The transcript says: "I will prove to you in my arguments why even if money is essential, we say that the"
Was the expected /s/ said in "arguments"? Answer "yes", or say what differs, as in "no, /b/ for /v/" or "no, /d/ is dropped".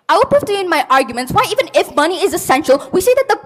yes